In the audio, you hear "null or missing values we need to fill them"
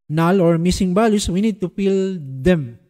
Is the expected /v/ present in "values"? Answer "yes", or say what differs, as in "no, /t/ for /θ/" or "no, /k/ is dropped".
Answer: no, /b/ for /v/